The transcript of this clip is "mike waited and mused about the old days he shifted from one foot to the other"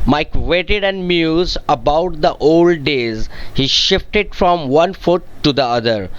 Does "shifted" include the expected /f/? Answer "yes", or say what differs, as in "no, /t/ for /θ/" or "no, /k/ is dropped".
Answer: yes